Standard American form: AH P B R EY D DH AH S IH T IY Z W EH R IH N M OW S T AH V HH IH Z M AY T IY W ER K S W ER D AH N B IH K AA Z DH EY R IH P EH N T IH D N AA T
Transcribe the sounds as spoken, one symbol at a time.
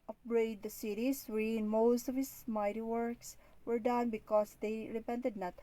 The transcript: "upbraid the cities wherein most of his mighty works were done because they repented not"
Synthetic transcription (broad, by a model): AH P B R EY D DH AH S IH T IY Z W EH IH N M OW S T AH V HH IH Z M AY T IY W ER K S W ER D AH N B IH K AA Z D EY R IH P EH N T IH D N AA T